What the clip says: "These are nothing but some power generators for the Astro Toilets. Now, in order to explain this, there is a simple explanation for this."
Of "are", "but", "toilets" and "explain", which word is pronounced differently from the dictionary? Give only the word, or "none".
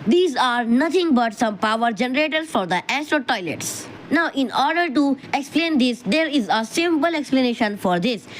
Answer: none